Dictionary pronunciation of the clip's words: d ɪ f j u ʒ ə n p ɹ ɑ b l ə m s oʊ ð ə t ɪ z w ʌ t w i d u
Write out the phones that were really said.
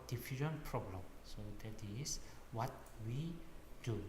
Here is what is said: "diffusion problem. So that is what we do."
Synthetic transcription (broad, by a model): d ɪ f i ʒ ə n p ɹ ɑ b l ə m s oʊ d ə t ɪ s w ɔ t w i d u